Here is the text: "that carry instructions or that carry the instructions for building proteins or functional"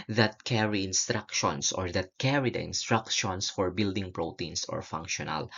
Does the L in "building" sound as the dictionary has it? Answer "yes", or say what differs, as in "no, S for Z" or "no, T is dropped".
yes